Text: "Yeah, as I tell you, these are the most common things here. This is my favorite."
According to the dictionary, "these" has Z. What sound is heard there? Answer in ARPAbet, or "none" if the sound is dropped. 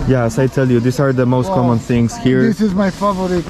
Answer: S